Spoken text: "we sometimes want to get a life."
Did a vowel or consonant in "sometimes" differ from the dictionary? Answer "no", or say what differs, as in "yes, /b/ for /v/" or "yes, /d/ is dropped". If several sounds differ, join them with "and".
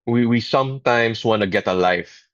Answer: yes, /s/ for /z/